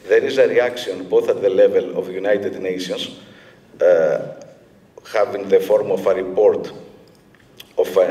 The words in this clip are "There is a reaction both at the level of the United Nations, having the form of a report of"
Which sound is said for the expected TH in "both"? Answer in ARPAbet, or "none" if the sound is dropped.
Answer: TH